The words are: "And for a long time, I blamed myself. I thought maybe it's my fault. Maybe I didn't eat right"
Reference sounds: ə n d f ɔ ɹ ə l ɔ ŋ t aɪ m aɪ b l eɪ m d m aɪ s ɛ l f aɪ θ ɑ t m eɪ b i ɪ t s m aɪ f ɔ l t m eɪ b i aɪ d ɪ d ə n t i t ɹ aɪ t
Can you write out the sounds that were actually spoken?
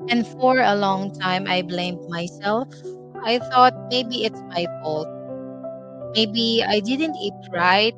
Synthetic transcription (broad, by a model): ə n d f ɔ ɹ ə l ɔ ŋ t aɪ m aɪ b l eɪ m d m aɪ s ɛ l f aɪ θ ɑ t m eɪ b i ɪ t s m aɪ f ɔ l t m eɪ b i aɪ d ɪ d ə n t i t ɹ aɪ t